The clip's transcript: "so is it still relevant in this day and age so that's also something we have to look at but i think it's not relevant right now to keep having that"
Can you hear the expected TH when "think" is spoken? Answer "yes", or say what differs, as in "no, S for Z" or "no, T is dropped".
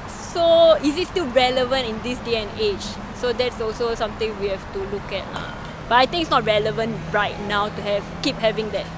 no, T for TH